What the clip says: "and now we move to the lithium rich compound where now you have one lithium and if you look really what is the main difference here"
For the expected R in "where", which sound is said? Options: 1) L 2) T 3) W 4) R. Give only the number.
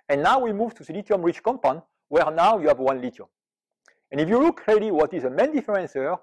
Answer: 4